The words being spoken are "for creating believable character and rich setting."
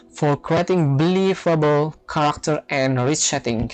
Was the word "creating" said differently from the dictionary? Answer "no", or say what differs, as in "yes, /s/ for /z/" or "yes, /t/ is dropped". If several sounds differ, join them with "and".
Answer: no